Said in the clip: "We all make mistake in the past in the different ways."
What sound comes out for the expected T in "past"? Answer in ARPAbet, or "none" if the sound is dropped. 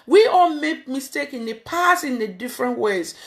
none